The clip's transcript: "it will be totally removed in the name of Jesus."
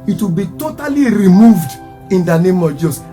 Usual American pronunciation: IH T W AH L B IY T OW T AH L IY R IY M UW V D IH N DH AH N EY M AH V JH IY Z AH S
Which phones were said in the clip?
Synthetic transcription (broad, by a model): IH T W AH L B IY T OW T AH L IY R IY M UW V D IH N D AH N EY M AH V JH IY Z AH S